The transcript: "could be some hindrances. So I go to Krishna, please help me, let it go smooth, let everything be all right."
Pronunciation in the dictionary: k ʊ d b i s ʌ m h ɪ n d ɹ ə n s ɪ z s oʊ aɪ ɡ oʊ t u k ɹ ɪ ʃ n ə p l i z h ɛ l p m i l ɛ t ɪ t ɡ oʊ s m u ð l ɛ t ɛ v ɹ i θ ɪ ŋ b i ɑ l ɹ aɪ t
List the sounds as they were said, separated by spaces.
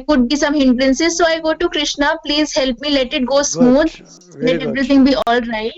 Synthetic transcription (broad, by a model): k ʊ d b i s ʌ m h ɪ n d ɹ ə n s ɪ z s oʊ aɪ ɡ oʊ t u k ɹ ɪ ʃ n ə p l i z h ɛ l p m i l ɛ t ɪ t ɡ oʊ s m u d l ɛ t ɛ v ɹ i t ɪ ŋ b i ɑ l ɹ aɪ t